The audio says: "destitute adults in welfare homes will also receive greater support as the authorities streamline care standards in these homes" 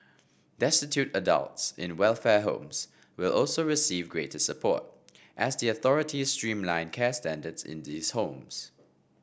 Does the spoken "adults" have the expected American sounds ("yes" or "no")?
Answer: yes